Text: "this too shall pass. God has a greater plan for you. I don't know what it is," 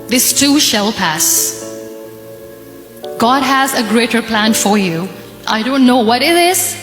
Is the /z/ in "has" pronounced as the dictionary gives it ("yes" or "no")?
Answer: yes